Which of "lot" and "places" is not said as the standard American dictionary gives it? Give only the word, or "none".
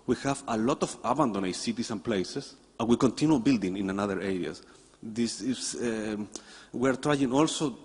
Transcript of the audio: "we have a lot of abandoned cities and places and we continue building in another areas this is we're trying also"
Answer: places